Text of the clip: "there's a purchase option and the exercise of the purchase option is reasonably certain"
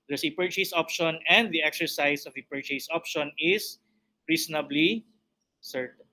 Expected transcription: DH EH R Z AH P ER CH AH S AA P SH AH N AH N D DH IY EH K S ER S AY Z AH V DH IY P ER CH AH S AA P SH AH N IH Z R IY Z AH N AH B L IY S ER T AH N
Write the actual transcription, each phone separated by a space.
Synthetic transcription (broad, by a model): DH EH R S AH P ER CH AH S AA P SH AH N AH N D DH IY EH K S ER S AY S AH V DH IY P ER CH AH S AA P SH AH N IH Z R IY S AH N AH B L IY S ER T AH N